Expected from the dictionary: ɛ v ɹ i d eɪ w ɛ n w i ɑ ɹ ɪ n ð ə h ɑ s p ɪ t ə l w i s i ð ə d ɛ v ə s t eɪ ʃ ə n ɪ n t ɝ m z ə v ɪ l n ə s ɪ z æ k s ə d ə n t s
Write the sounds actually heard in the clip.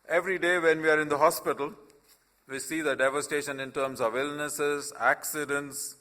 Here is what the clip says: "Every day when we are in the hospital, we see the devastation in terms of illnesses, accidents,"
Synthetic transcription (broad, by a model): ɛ v ɹ i d eɪ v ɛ n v i ɑ ɹ ɪ n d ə h ɑ s p ɪ t ə l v i s i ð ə d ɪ v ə s t eɪ ʃ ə n ɪ n t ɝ m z ə v ɪ l n ə s ɪ z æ k s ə d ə n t s